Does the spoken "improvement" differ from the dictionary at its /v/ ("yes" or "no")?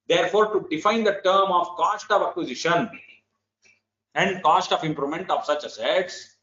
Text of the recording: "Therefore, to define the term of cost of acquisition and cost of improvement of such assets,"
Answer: yes